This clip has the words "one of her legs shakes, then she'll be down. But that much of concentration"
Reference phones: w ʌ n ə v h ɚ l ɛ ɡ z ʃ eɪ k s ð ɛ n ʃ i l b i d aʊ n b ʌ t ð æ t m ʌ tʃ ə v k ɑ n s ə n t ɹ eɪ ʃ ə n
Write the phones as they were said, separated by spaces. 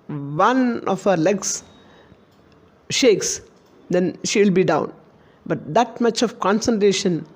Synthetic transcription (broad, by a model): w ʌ n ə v h ɚ l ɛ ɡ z ʃ eɪ k s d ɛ n ʃ i l b i d aʊ n b ʌ t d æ t m ʌ tʃ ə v k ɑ n s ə n t ɹ eɪ ʃ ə n